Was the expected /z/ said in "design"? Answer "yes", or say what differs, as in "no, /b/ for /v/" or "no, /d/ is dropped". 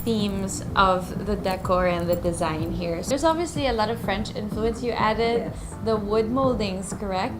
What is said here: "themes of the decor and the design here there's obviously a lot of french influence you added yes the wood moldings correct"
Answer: yes